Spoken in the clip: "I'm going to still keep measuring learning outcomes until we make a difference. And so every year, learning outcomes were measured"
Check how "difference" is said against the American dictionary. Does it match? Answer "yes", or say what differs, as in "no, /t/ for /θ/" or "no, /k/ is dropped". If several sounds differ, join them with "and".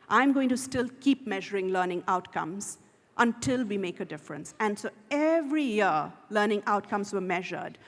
yes